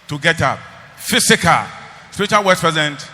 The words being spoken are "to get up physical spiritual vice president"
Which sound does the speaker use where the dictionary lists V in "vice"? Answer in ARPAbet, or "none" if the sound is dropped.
W